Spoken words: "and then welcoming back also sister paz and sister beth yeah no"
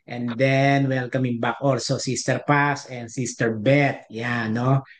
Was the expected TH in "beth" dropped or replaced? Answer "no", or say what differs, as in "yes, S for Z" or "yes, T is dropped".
yes, T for TH